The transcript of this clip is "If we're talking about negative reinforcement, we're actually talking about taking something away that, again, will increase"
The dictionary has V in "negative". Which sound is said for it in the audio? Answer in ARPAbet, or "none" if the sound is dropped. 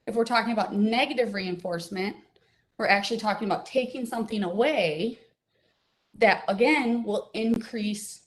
V